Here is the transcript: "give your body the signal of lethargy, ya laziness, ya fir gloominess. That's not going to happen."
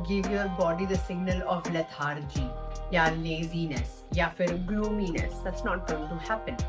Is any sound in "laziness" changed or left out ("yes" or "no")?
no